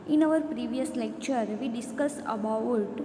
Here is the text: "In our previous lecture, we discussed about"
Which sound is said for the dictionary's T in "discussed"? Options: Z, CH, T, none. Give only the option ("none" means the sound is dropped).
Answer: none